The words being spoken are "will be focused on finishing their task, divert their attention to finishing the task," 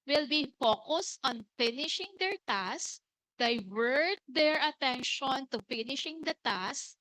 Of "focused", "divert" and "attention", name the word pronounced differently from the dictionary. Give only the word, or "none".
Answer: none